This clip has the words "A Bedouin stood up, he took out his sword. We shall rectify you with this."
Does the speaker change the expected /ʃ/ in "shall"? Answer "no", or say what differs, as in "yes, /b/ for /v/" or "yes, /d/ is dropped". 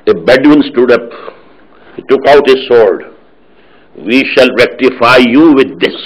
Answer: no